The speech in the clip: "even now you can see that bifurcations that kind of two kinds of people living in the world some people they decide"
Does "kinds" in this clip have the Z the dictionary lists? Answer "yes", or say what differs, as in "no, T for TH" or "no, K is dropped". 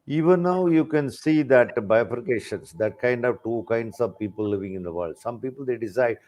no, S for Z